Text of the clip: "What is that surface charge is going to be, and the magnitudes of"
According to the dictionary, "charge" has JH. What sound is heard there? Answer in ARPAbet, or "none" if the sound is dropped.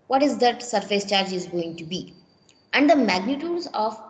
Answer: JH